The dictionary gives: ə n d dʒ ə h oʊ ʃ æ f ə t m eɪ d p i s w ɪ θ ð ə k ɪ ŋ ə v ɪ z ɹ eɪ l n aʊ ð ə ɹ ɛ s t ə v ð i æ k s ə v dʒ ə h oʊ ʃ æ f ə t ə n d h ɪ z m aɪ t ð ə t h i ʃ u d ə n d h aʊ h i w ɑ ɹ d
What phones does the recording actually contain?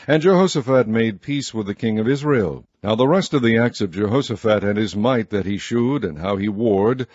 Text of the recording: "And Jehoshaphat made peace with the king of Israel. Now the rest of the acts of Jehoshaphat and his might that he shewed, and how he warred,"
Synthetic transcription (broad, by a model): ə n dʒ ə h oʊ s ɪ f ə t m eɪ d p i s w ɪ ð ə k ɪ ŋ ə v ɪ z ɹ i l n aʊ ð ə ɹ ɛ s t ə v ð i æ k s ə v dʒ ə h oʊ s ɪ f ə t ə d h ɪ z m aɪ t ð ə t h i ʃ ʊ d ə n h aʊ i w ɑ ɹ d